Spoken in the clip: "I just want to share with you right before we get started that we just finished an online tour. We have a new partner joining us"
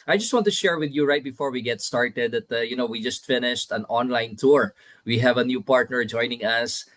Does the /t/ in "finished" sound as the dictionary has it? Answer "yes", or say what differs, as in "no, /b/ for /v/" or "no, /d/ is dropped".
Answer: yes